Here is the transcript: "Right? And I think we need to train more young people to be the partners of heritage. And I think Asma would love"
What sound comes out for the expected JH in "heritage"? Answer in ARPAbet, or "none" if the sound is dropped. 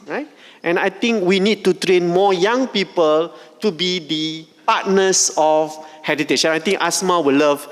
SH